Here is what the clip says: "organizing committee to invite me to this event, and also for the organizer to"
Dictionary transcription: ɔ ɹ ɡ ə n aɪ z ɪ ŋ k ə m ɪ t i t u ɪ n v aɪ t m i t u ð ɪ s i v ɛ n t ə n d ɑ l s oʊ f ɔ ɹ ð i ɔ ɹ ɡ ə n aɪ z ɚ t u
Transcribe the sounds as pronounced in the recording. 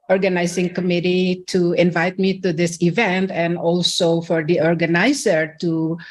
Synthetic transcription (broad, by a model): ɔ ɹ ɡ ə n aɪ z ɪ ŋ k ə m ɪ t i t u ɪ n v aɪ t m i t u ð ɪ s i v ɛ n t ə n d ɑ l s oʊ f ɔ ɹ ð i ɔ ɹ ɡ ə n aɪ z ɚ t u